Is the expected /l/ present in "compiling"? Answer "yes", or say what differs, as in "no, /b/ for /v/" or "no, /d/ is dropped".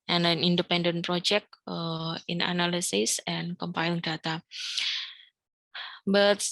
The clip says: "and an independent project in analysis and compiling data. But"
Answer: no, /l/ is dropped